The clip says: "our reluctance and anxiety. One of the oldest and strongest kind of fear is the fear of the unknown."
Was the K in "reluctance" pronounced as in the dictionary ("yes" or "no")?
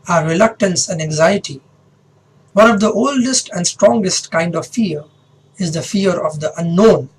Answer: yes